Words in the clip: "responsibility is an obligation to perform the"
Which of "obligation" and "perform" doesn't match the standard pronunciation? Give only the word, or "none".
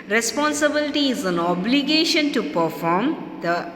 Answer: none